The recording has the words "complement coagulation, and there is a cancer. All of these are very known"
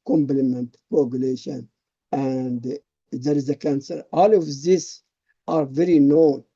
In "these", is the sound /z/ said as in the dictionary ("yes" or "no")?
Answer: no